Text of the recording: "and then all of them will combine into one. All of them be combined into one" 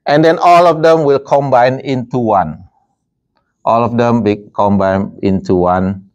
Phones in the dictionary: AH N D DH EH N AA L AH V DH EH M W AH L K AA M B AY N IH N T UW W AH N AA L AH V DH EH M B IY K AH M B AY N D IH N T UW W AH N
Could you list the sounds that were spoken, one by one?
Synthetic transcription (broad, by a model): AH N D EH N AA L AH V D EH M W AH L K AA M B AY N IH N T UW W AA N AA L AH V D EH M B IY K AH M B AY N IH N T UW W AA N